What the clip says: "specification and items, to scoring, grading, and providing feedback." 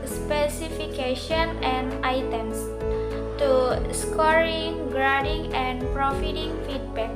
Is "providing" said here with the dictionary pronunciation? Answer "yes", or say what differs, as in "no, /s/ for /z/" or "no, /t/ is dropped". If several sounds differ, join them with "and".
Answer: no, /f/ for /v/